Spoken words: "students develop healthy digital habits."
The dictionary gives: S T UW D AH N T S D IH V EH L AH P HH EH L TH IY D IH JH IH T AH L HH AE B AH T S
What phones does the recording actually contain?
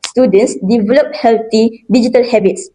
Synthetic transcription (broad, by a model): S T UW D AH N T S D IH V EH L AH P HH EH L T IY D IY JH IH T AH L HH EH B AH T S